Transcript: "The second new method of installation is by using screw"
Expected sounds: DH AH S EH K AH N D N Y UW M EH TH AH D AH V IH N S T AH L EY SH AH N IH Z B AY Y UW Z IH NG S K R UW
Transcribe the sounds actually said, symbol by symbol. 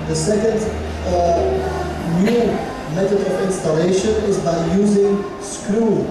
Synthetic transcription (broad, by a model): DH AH S EH K AH N D N Y UW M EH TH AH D AH V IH N S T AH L EY SH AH N IH Z B AY Y UW Z IH NG S K R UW